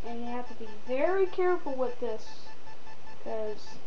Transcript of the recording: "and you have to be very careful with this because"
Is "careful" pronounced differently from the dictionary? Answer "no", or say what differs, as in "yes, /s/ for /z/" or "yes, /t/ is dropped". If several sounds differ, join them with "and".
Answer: yes, /f/ is dropped